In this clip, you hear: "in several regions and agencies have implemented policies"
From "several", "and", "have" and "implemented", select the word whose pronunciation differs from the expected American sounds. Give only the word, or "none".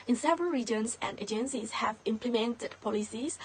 none